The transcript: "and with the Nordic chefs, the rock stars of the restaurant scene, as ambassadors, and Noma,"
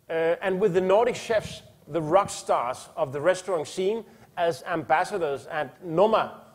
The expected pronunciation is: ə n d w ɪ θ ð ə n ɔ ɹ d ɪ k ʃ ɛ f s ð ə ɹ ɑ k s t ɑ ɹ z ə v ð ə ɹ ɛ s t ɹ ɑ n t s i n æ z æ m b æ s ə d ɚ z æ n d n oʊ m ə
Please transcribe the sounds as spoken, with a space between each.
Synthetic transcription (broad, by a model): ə n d w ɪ ð ə n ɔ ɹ d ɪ k ʃ ɛ f s ð ə ɹ ɑ k s t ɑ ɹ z ə v ð ə ɹ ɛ s t ɹ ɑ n s i n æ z æ m b æ s ə d ɚ z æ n n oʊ m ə